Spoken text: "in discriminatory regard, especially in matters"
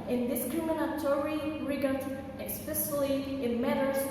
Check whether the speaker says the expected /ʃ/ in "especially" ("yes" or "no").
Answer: no